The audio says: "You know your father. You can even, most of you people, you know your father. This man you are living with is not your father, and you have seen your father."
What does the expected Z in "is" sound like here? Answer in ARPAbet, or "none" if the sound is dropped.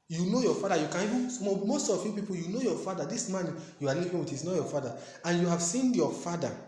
S